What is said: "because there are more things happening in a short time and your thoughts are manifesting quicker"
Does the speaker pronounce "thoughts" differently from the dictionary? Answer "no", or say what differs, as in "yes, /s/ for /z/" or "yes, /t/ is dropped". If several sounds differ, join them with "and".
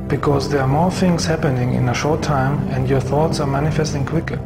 no